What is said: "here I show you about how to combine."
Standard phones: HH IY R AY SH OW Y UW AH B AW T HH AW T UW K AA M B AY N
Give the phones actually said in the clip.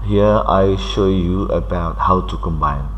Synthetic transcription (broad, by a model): HH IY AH AY SH OW Y UW AH B AW T HH AW T UW K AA M B AY N